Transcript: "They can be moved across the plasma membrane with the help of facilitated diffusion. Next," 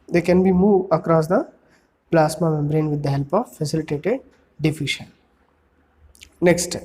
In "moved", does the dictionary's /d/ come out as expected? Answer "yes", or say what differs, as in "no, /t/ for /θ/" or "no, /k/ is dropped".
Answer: no, /d/ is dropped